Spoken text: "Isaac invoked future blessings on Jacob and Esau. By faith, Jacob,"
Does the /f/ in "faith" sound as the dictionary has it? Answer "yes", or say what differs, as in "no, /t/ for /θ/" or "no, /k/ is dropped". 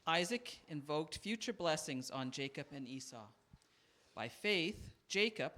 yes